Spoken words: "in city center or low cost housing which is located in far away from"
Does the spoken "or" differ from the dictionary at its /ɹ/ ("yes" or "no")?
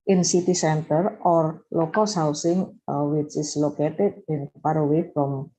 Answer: no